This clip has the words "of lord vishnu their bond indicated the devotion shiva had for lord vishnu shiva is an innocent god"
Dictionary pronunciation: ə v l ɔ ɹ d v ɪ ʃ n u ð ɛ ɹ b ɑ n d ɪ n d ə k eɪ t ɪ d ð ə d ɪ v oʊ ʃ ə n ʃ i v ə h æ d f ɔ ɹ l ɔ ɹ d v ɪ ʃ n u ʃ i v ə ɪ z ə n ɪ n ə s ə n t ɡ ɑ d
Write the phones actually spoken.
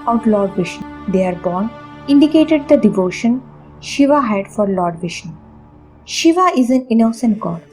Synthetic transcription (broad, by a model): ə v l ɔ ɹ d v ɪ ʃ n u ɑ ɹ b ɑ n ɪ n d ə k eɪ t ɪ d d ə d ɪ v oʊ ʃ ə n ʃ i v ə h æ d f ɔ ɹ l ɔ ɹ d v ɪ ʃ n ʃ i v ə ɪ z ə n ɪ n ə s ə n t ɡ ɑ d